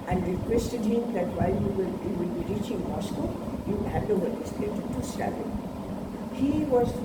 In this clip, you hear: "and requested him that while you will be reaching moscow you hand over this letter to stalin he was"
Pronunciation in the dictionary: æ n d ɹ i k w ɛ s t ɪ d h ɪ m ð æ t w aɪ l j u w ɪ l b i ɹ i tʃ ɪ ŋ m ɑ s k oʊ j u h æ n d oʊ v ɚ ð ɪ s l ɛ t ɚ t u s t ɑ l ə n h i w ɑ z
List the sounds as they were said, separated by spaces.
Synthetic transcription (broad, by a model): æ n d ɹ i k w ɛ s t ɪ d h ɪ m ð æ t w aɪ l j u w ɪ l b i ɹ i tʃ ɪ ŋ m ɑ s k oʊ j u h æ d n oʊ ɚ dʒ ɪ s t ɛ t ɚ t u s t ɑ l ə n h i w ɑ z